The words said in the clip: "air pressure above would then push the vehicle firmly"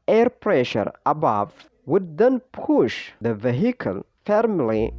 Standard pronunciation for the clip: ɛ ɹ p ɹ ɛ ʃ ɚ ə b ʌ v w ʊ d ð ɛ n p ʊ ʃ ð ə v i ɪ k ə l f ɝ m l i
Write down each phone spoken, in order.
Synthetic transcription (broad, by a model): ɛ ɹ p ɹ ɛ ʃ ɚ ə b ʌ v w ʊ d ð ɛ n p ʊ ʃ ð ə v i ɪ k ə l f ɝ m l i